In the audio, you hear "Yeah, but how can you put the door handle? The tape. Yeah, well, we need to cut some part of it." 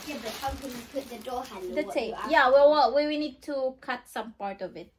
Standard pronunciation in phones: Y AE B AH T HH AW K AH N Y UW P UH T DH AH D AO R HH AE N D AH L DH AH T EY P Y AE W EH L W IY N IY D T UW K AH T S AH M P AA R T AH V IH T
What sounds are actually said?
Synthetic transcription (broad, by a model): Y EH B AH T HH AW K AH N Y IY P UH T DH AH D AO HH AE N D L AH S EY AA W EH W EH W W IY N IY D T UW K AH T S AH M P AA R T AH V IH T